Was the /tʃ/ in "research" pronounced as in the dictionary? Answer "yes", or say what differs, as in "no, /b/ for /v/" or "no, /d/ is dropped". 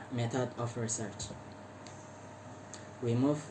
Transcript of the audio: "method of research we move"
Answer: yes